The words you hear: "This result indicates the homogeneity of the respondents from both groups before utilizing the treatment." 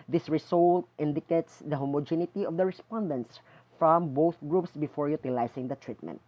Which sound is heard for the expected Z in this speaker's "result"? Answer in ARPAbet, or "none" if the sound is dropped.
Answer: S